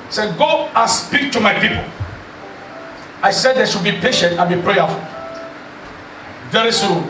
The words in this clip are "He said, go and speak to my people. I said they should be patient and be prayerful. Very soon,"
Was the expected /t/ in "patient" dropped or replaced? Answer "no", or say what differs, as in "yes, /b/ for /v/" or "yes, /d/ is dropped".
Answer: no